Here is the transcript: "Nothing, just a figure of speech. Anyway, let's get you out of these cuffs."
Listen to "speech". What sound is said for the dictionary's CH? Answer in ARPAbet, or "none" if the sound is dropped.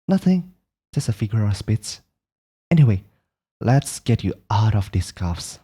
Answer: S